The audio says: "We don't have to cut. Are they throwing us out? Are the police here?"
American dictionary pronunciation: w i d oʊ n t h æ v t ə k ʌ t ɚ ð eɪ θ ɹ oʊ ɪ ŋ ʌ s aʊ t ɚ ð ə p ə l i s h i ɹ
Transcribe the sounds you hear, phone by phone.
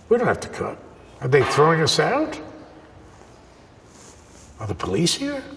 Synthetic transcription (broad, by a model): w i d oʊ n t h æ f t ə k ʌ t ɚ ð eɪ θ ɹ oʊ ɪ ŋ ʌ s aʊ t ɚ ð ə p ə l i s h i ɹ